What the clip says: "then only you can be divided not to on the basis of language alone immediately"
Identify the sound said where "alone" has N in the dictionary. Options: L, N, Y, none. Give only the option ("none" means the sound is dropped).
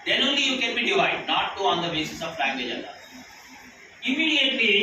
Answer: none